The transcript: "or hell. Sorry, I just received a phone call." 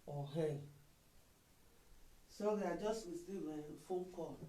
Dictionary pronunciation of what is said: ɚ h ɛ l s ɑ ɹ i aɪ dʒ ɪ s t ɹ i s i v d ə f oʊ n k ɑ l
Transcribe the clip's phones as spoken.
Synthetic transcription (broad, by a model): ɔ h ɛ s ɑ ɹ i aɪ dʒ ɪ s t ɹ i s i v ə f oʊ k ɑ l